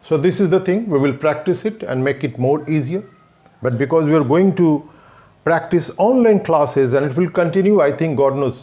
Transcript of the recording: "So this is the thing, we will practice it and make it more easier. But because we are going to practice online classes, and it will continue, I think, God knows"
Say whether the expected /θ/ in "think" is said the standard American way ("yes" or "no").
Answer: no